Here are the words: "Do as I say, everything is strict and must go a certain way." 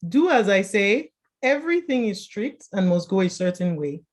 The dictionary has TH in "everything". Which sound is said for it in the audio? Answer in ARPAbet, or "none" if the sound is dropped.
TH